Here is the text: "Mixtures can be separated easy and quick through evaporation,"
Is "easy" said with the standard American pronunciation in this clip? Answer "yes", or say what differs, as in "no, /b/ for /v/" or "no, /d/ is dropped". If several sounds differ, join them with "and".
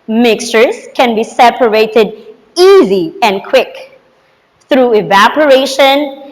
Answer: yes